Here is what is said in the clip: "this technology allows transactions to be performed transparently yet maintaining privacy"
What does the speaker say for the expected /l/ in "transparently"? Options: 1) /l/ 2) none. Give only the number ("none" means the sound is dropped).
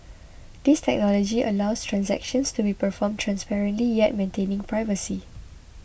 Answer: 1